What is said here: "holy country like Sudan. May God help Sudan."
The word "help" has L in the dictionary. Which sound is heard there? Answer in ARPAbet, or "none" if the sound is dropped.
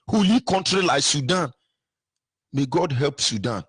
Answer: L